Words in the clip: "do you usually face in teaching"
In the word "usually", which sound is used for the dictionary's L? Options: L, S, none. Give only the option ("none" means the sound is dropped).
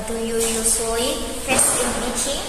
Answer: none